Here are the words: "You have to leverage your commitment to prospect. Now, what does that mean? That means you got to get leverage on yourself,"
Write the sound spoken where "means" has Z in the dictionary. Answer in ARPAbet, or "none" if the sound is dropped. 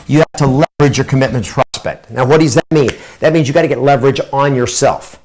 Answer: Z